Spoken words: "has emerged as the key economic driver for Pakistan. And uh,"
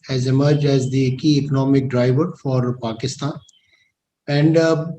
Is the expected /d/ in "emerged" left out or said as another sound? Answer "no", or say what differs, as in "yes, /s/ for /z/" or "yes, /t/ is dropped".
no